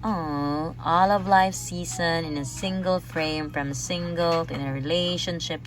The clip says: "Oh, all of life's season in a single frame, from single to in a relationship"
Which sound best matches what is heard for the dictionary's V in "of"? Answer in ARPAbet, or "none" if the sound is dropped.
V